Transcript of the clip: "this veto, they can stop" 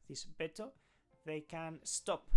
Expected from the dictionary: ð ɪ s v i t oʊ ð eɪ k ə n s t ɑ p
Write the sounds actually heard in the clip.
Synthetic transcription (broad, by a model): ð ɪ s b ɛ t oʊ ð eɪ k ə n s t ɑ p